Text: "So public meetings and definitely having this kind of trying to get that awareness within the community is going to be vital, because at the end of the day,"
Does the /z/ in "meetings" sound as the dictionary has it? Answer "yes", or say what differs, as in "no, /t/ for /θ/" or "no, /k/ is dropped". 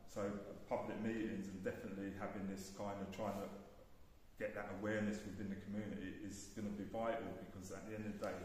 yes